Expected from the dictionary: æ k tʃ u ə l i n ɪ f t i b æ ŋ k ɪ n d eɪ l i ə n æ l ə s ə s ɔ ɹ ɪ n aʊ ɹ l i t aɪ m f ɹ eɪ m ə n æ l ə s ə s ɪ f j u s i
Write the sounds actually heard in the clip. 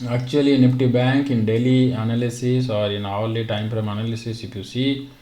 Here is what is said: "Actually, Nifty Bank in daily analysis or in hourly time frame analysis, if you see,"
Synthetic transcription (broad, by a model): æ k tʃ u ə l i n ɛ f t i b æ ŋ k ɪ n d eɪ l i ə n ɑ l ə s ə s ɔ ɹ ɪ n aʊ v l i t aɪ m p ɹ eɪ m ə n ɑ l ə s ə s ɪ p j u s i